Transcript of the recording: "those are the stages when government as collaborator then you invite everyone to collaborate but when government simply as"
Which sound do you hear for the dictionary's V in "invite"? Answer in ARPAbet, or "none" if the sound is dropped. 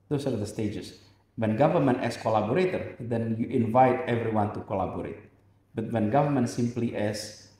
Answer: V